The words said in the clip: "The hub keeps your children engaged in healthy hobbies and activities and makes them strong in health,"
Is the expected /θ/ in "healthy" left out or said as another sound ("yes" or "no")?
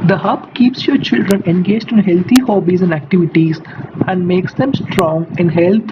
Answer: yes